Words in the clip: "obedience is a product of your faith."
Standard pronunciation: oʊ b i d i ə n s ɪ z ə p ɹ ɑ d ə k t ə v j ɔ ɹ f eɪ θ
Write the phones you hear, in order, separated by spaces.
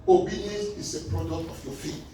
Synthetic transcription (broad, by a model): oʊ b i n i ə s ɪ s ə p ɹ ɑ d ə k t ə f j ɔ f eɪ